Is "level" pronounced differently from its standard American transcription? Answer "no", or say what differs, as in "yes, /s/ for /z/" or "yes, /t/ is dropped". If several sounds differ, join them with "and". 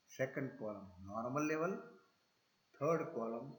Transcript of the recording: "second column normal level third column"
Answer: no